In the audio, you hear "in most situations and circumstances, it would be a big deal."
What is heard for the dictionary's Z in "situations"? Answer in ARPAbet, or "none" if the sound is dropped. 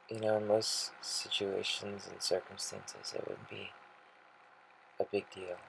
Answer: Z